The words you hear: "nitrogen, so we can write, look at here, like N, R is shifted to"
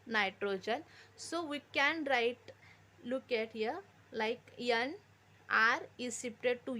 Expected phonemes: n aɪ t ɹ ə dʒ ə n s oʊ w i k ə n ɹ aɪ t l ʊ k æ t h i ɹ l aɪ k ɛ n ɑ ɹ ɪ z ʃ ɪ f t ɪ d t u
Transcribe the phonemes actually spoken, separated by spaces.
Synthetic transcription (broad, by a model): n aɪ t ɹ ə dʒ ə n s oʊ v i k ə n ɹ aɪ t l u k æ t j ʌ l aɪ k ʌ n ɑ ɹ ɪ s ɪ p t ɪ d t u